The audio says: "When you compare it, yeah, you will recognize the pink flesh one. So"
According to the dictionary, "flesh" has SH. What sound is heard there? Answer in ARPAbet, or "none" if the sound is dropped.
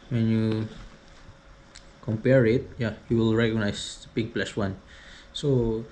S